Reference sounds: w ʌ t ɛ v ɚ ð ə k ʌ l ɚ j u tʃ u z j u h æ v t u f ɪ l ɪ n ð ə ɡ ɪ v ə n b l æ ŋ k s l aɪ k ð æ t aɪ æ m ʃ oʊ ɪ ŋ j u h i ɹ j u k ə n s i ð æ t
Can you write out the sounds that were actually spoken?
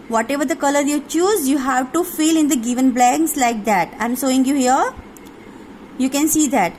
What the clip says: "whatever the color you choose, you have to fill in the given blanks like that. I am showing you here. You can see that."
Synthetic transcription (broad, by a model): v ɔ t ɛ v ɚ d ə k ʌ l ɚ j u tʃ u z j u h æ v t u f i l ɪ n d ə ɡ ɪ v ə n b l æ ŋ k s l aɪ k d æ t aɪ m s oʊ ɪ ŋ j u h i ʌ j u k ə n s i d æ t